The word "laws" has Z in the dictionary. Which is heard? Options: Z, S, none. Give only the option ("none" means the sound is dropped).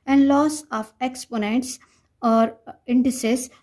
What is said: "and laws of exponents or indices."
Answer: S